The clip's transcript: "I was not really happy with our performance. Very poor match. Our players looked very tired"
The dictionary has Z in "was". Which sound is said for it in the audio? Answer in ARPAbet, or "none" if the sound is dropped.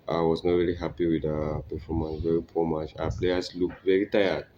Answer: S